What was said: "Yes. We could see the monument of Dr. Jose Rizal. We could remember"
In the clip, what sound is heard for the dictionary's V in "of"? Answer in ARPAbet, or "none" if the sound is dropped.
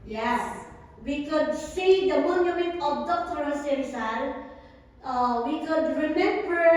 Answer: B